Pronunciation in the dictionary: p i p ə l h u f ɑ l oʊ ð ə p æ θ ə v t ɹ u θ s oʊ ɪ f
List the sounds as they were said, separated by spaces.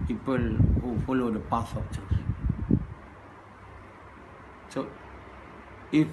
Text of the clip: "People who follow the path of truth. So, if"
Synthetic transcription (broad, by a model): p i p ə l h u f ɑ l oʊ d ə p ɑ s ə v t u s s oʊ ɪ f